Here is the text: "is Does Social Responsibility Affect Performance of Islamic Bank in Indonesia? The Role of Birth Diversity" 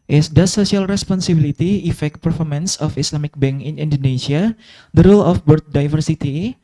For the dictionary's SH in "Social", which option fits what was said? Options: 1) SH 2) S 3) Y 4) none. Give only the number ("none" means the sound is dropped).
2